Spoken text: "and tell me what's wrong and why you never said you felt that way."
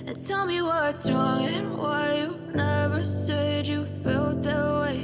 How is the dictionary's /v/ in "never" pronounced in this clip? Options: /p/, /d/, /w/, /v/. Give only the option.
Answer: /v/